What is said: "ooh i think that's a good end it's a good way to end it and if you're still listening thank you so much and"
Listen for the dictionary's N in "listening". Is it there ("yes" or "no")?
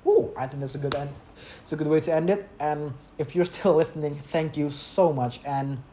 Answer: yes